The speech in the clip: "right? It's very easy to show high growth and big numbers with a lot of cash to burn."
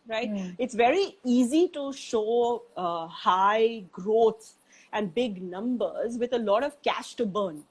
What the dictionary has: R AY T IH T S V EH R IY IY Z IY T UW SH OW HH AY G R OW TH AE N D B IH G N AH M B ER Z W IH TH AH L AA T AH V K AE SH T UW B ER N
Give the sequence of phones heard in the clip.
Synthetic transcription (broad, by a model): R AY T IH T S V EH R IY IY Z IY T UW SH OW HH AY G R OW S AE N D B IH G N AH M B ER Z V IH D AH L AA T AH V K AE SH T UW B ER N